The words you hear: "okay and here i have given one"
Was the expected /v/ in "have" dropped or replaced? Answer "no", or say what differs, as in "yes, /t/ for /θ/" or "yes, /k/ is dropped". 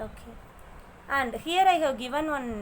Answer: yes, /w/ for /v/